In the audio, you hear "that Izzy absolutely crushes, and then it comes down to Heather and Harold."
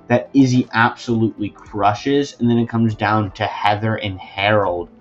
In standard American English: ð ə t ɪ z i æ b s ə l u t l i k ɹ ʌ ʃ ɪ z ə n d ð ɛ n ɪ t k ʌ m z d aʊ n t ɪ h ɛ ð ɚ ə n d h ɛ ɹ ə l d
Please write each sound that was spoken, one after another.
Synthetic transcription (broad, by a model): ð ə t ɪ z i æ b s ə l u t l i k ɹ ʌ ʃ ɪ z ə n ð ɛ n ɪ t k ʌ m z d aʊ n t ɪ h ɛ ð ɚ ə n h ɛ ɹ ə l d